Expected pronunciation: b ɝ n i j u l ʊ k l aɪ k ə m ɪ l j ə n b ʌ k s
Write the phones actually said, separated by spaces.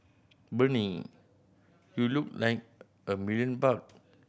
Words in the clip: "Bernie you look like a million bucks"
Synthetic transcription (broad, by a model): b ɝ n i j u l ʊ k l aɪ k ə m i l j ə n b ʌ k